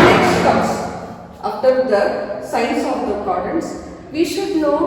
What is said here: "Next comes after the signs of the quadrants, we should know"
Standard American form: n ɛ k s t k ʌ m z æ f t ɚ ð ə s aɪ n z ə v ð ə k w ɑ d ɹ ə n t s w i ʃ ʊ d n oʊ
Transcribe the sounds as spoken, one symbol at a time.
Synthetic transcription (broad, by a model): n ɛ k s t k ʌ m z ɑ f t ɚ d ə s aɪ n s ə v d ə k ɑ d ə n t s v i ʃ ʊ d n oʊ